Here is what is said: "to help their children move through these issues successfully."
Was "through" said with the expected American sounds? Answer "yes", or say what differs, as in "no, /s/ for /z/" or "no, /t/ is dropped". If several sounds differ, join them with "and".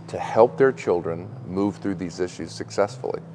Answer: yes